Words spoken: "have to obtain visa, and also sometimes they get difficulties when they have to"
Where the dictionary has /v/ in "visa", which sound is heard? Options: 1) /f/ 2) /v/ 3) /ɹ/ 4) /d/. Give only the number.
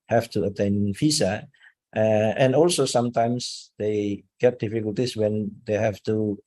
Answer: 1